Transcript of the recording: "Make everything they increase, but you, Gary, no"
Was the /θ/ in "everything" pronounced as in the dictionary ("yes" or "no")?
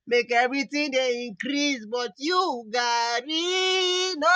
no